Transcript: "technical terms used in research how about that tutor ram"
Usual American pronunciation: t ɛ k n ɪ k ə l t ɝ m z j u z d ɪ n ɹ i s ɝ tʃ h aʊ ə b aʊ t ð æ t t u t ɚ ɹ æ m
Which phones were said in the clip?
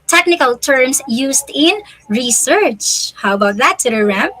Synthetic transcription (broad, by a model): t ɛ k n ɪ k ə l t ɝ m s j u s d ɪ n ɹ i s ɝ tʃ h aʊ ə b aʊ t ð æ t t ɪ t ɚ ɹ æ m